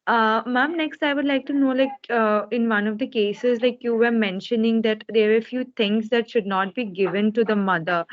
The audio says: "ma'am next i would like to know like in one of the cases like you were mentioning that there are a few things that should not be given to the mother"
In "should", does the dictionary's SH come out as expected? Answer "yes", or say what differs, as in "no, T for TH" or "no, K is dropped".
yes